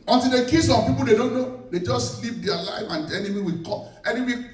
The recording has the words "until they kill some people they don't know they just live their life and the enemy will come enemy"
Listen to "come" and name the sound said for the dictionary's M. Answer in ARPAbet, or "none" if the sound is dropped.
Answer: none